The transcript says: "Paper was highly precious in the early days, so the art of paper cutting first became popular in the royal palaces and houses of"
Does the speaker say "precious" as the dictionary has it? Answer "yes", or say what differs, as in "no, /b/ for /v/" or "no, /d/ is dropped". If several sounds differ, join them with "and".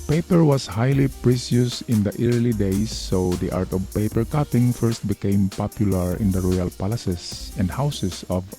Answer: no, /s/ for /ʃ/